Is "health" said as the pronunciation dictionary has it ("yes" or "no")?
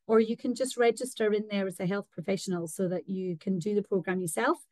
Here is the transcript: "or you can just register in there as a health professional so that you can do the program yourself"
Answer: yes